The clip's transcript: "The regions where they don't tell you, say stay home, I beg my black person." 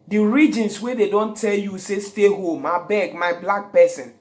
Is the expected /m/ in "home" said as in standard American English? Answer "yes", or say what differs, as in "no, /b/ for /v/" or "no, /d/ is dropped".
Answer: yes